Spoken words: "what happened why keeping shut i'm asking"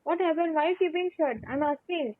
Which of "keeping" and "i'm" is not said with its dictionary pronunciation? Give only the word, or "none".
keeping